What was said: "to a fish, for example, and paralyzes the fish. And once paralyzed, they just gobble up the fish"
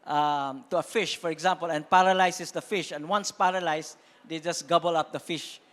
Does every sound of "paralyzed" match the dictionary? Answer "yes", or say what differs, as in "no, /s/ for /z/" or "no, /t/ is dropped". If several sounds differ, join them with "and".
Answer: no, /s/ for /z/